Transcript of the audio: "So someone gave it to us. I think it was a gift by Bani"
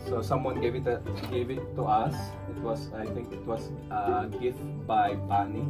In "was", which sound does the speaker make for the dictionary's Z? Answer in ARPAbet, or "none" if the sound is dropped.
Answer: S